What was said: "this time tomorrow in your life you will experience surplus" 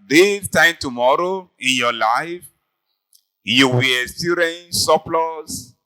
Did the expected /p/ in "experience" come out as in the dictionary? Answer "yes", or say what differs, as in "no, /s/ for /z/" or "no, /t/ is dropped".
no, /p/ is dropped